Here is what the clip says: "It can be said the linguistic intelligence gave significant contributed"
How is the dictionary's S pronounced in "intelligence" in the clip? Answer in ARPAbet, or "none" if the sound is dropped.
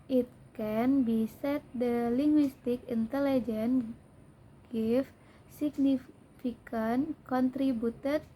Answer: none